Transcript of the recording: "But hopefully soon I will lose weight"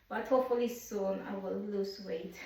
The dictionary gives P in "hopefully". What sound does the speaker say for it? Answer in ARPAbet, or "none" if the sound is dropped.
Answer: none